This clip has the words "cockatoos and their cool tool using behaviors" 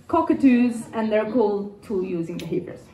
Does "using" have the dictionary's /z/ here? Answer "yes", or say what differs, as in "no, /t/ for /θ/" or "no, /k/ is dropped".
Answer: yes